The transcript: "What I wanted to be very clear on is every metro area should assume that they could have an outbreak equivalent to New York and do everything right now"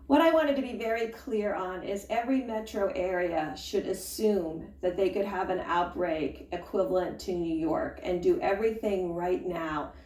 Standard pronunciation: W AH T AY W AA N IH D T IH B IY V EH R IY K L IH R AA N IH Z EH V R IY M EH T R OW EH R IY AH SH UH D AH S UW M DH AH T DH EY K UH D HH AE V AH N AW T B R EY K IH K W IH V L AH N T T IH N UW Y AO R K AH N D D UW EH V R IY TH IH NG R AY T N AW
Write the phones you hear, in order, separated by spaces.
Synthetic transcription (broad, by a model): W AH T AY W AA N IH D T IH B IY V EH R IY K L IH R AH N IH Z EH V R IY M EH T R OW EH R IY AH SH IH D AH S UW M DH AH T DH EY K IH D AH V AH N AW T B R EY K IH K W IH V L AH N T T IH N UW Y AO R K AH N D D EH V R IY TH IH NG R AY T N AW